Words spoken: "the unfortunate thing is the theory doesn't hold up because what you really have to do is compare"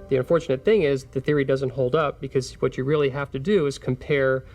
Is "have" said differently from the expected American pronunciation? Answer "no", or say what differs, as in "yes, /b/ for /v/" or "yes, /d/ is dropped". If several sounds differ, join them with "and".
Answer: yes, /f/ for /v/